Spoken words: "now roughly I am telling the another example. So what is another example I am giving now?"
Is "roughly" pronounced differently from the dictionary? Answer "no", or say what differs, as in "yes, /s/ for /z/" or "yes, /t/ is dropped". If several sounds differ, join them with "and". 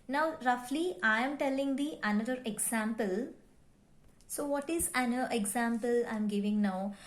no